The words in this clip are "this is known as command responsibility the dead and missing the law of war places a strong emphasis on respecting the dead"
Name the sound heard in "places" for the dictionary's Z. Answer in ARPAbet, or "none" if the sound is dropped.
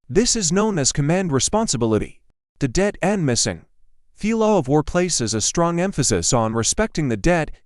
Z